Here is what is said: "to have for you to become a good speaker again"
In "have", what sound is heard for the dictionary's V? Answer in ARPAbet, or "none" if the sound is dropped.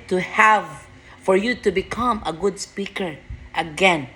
V